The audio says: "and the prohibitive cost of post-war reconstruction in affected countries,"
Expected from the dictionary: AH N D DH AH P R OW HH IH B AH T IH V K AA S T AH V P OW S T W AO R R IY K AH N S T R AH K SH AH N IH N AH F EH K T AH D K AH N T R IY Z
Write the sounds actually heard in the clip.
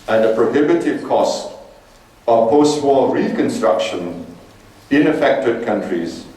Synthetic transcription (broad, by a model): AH N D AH P R OW HH IH B AH T IH V K AA S T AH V P OW S T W AO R R IY K AH N S T R AH K SH AH N IH N AH F EH K T AH D K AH N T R IY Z